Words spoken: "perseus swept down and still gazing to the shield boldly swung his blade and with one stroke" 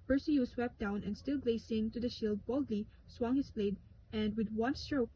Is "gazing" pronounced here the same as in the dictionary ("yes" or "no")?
no